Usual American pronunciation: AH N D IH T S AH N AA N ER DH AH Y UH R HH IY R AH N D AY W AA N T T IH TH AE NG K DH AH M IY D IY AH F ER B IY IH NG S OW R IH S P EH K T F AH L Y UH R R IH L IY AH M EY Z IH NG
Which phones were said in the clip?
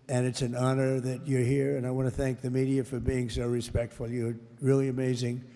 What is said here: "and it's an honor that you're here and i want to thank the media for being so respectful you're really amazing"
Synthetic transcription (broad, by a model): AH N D IH T S AH N AA N ER DH AH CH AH R HH IY R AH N AY W AA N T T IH TH AE NG K DH AH M IY D IY AH F ER B IY IH NG S OW R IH S P EH K T F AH L Y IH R R IH L IY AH M EY Z IH NG